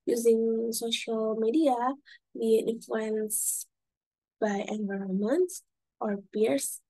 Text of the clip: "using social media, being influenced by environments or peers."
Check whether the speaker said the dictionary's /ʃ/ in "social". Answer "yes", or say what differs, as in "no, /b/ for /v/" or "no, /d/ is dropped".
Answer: yes